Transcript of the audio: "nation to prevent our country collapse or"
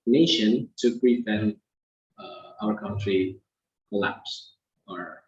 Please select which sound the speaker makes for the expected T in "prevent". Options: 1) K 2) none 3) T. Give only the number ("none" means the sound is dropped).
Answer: 2